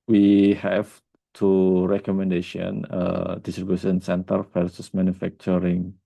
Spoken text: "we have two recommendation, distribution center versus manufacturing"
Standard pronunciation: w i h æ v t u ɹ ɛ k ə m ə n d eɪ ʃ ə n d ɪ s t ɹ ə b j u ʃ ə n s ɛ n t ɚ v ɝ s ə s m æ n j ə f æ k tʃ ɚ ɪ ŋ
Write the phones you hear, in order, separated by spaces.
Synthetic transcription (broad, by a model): w i h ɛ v t u ɹ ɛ k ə m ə n d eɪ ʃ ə n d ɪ s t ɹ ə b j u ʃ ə n s ɛ n t ɚ p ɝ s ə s m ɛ n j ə f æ k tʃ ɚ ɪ ŋ